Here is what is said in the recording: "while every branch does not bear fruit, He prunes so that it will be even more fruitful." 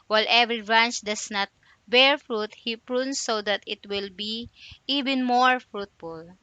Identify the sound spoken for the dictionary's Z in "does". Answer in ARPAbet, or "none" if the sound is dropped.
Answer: S